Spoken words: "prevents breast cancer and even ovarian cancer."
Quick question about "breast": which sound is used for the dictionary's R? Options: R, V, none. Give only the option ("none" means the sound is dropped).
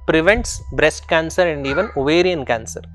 R